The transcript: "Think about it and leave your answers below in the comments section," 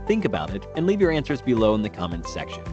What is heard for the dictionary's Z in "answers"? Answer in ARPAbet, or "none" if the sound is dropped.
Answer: Z